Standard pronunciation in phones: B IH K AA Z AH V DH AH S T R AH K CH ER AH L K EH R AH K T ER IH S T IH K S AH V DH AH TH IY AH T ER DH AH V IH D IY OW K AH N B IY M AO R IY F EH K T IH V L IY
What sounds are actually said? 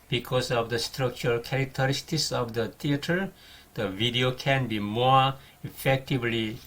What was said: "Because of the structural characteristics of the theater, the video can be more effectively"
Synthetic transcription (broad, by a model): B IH K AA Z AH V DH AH S T R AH K CH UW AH L K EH R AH K T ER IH S T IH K S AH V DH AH T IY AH T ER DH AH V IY D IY OW K AH N B IY M AO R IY F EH K T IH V L IY